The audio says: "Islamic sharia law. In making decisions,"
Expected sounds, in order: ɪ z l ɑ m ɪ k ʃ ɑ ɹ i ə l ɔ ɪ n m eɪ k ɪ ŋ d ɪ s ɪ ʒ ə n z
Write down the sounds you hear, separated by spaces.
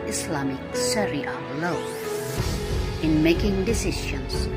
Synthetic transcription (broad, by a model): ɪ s l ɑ m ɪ k s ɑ ɹ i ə l ɔ ɪ n m eɪ k ɪ ŋ d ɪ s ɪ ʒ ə n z